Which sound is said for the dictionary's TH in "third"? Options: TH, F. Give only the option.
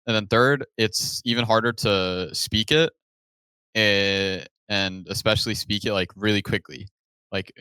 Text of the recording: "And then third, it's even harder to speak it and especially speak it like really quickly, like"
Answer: TH